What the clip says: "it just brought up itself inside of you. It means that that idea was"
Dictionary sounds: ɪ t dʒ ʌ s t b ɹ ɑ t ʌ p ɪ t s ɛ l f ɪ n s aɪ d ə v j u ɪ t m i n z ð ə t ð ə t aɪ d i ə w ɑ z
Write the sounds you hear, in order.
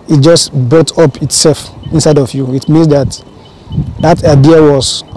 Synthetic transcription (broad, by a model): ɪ t dʒ ʌ s t b ɹ ɑ t ʌ p ɪ t s ɛ l f ɪ n s aɪ d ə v j u ɪ t m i n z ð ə t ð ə t aɪ d i ə w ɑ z